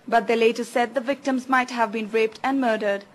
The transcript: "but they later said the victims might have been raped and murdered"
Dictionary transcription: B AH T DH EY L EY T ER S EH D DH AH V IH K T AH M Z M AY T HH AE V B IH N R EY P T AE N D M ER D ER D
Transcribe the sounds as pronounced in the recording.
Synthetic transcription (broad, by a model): B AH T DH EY L EY T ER S EH D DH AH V IH K T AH M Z M AY T HH AE V B IH N R EY P T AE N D M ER D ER D